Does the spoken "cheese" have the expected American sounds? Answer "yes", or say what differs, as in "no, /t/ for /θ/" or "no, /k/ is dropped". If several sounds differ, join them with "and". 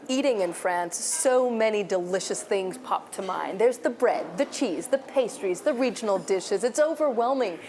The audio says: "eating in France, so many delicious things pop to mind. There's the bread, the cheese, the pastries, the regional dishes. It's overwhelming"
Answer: yes